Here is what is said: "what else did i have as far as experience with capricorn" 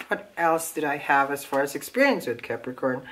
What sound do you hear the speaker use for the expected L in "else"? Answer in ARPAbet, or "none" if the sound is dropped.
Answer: L